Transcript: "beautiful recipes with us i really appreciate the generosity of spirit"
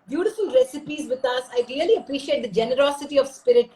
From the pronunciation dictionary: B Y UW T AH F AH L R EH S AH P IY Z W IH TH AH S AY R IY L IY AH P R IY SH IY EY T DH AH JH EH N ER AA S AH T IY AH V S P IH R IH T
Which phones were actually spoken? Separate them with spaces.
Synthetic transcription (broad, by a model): B Y UW T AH F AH L R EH S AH P IY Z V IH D AH S AY L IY L IY AH P R IY SH IY EY T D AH JH EH N ER AA S AH T IY AH V S P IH R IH T